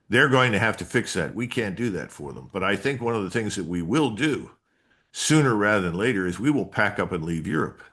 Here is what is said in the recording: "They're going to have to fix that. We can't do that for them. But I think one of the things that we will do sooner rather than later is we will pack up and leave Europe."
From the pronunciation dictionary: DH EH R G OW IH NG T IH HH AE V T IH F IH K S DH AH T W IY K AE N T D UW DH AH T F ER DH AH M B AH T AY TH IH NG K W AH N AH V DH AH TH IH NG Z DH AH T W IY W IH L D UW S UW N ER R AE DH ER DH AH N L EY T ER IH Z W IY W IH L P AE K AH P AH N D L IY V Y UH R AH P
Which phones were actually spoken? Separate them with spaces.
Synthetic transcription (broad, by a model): DH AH R G OW IH NG T IH HH AE F T IH F IH K S DH AH T W IY K AE N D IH DH AH T F ER DH AH M B AH T AY TH IH NG K W AH N AH V DH AH TH IH NG Z DH AH T W IY W IH L D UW S UW N ER R AE DH ER DH AH N L EY T ER IH Z W IY W IH L P AE K AH P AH N L IY V Y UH R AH P